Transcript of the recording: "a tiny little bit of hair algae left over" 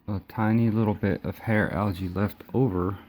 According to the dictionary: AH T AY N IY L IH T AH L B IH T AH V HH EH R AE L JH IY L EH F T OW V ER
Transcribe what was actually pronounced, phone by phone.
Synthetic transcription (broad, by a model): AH T AY N IY L IH T L B IH T AH V HH EH R AE L JH IY L EH F T OW V ER